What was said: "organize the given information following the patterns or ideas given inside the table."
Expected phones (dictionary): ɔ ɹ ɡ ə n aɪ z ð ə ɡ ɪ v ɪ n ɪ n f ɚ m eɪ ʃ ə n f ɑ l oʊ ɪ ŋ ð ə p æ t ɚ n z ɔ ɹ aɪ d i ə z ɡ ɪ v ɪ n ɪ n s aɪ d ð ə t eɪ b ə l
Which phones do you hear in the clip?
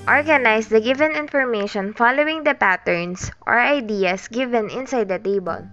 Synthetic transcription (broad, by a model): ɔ ɹ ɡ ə n aɪ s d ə ɡ ɪ v ɪ n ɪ n f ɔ m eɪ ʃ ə n f ɑ l oʊ ɪ ŋ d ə p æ t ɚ n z ɔ ɹ aɪ d i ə s ɡ ɪ v ɪ n ɪ n s aɪ d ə t eɪ b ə l